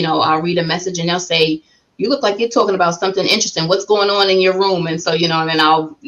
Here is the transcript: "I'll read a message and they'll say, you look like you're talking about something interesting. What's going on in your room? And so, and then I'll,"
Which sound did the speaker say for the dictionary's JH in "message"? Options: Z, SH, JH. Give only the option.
JH